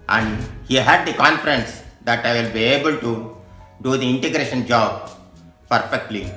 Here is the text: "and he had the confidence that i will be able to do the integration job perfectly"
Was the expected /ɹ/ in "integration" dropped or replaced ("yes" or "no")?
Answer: no